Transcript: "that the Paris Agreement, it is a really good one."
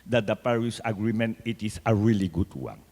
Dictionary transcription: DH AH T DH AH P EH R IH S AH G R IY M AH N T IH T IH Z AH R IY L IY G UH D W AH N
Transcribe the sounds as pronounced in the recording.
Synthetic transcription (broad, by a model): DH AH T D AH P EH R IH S AH G R IY M AH N T IH T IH S AH R IY L IY G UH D W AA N